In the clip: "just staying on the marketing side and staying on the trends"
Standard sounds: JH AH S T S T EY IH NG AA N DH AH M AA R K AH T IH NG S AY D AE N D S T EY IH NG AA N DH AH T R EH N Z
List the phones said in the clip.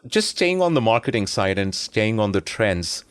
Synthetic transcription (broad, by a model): JH AH S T S T EY IH NG AA N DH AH M AA R K AH T IH NG S AY D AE N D S T EY IH NG AA N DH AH T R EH N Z